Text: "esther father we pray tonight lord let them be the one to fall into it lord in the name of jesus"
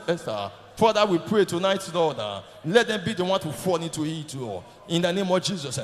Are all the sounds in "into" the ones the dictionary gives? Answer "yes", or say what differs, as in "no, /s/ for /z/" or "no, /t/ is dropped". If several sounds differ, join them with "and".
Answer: no, /n/ is dropped